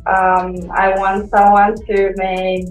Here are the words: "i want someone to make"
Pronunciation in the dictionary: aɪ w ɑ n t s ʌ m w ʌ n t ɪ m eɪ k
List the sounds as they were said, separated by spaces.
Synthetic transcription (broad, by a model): aɪ w ɑ n t s ʌ m w ʌ n t ɪ m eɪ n